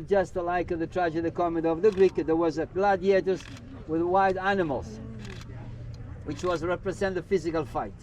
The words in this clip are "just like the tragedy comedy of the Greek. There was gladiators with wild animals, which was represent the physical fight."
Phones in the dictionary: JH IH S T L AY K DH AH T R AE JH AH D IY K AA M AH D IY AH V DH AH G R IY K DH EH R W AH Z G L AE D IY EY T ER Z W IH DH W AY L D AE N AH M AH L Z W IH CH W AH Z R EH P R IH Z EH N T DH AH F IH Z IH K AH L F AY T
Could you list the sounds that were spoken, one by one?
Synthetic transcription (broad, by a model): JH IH S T L AY K DH AH T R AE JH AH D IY K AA M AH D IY AH V DH AH G R IY K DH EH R W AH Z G L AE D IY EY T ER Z W IH DH W AY D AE N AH M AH L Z W IH CH W AH Z R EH P R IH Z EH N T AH F IH Z IH K AH L F AY T